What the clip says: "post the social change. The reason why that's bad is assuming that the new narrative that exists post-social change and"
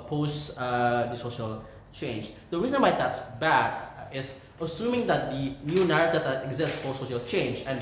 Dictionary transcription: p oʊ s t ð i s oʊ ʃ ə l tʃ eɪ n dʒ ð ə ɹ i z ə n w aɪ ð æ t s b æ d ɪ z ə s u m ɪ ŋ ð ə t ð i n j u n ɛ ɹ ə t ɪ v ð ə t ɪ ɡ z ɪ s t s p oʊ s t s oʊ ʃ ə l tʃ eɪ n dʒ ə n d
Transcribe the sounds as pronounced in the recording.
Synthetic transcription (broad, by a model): p oʊ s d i s oʊ ʃ ə l tʃ eɪ n dʒ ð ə ɹ i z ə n w aɪ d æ t s b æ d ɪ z ə s u m ɪ ŋ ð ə t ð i n j u n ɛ ɹ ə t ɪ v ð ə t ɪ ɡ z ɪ s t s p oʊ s s oʊ ʃ ə l tʃ eɪ n dʒ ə n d